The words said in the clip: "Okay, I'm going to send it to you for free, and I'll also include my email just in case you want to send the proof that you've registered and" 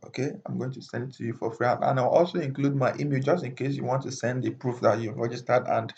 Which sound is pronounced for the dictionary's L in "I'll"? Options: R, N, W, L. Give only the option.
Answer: W